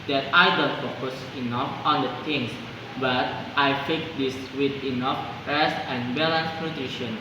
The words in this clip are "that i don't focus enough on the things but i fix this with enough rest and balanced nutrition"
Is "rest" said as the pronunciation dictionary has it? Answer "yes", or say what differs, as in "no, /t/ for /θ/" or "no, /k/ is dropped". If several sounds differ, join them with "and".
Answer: no, /t/ is dropped